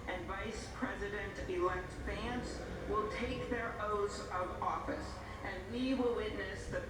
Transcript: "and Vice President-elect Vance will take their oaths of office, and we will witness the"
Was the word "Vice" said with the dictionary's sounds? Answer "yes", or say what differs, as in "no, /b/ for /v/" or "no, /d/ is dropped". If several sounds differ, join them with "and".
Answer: yes